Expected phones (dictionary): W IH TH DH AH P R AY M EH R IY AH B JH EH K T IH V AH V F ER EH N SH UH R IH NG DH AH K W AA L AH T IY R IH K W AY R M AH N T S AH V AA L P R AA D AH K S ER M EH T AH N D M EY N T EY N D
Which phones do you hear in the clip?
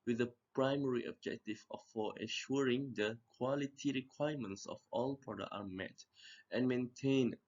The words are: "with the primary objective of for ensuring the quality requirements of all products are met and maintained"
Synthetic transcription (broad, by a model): W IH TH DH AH P R AY M EH R IY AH B JH EH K T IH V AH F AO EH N SH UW R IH NG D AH K W AA L AH T IY R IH K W AY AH M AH N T S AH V AA L P R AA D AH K AA M EH T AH N M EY N T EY N